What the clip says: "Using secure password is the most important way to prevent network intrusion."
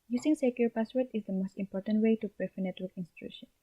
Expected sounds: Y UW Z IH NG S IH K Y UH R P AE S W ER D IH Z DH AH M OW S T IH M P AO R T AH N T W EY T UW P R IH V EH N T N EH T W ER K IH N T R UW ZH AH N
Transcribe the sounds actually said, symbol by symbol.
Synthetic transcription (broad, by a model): Y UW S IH NG S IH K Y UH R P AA S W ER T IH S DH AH M OW S T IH M P AO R T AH N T W EY T UW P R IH F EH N N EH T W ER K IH N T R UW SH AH N